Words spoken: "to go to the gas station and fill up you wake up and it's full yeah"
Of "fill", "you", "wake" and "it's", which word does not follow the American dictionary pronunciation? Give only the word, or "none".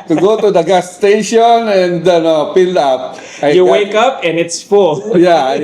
fill